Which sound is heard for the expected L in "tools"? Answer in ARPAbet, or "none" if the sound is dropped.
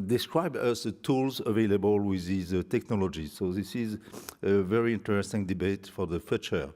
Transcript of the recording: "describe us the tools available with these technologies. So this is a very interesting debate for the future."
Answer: L